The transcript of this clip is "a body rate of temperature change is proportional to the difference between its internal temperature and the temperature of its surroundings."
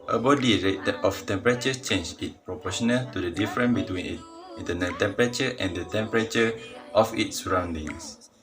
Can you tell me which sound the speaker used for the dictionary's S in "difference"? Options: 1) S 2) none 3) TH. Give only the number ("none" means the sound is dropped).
2